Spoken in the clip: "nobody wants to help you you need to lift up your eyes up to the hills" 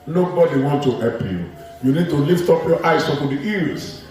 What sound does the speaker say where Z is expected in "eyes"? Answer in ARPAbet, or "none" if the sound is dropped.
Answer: S